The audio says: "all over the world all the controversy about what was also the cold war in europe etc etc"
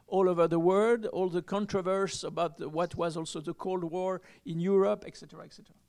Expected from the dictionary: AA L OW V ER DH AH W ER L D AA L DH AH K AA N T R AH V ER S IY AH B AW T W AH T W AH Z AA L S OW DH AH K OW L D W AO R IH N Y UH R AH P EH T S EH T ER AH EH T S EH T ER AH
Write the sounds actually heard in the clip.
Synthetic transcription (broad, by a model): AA L OW V ER DH AH W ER D AA L DH AH K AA N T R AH V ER S AH B AW T W AH T W AH Z AA L S OW DH AH K OW L D W AO R IH N Y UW R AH P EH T S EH T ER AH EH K S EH T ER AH